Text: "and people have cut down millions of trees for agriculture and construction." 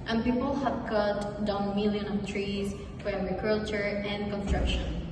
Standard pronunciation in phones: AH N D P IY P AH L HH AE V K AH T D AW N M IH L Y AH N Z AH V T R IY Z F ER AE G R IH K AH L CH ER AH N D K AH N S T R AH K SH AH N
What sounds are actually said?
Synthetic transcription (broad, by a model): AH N P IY P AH L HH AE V K AH T D AW N M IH L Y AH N AH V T R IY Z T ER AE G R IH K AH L CH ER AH N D K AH N S T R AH K SH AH N